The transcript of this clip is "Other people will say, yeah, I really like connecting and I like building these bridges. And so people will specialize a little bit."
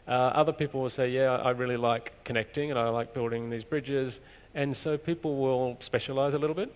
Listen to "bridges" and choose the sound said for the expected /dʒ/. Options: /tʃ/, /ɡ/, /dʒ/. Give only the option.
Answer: /dʒ/